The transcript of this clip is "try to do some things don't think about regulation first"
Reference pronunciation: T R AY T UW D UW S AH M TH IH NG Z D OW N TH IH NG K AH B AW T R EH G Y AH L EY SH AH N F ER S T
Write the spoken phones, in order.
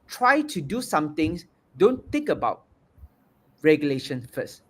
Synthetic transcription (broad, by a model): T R AY T UW D UW S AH M T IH NG S D OW N T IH NG K AH B AW T R EH G Y AH L EY SH AH N F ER S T